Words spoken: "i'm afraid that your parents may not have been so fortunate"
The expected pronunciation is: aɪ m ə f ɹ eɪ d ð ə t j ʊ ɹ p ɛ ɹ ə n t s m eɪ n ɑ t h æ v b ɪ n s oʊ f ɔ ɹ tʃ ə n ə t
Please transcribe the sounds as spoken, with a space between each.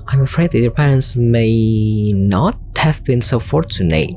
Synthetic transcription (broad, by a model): aɪ m ə f ɹ eɪ d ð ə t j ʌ ɹ p ɛ ɹ ə n t s m eɪ n ɑ t h æ v b ɪ n s oʊ f ɔ ɹ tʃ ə n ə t